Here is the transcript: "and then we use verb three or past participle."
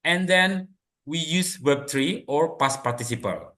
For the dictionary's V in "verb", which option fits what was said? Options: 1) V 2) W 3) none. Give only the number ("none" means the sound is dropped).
2